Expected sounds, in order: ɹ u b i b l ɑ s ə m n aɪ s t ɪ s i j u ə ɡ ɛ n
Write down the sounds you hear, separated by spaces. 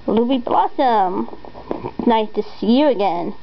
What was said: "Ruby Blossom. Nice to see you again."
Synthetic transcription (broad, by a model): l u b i b l ɑ s ə m n aɪ t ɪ s i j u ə ɡ ɛ n